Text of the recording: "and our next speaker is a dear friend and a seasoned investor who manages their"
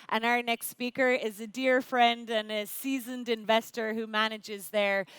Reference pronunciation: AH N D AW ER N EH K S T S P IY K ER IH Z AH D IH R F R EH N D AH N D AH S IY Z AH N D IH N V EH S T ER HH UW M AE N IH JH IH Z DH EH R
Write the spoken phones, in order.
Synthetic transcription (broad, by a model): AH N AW ER N EH K S T S P IY K ER IH Z AH D IH R F R EH N D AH N AH S IY Z AH N D IH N V EH S T ER HH UW M AE N IH JH IH Z DH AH R